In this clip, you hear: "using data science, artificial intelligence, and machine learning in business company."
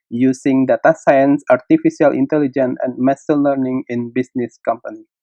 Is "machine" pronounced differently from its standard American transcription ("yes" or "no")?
yes